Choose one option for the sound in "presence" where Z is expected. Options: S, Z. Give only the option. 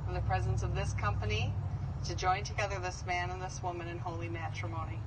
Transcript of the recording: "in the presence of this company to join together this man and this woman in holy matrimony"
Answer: Z